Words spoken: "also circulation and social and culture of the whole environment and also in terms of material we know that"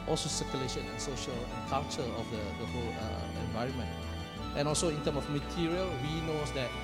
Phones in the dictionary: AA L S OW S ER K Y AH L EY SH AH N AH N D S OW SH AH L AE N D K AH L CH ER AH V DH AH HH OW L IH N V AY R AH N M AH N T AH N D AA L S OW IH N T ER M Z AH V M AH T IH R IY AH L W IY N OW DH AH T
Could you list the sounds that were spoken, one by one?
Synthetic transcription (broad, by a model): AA L S OW S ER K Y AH L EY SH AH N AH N S OW SH AH L K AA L CH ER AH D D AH HH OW L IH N V AY R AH N M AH N T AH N AA L S OW IH N T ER M AH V M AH T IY R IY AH L W IY N OW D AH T